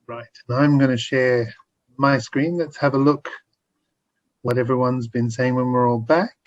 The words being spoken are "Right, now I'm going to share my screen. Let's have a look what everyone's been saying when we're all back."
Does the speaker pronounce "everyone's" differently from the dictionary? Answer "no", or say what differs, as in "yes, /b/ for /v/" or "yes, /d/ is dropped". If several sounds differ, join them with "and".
no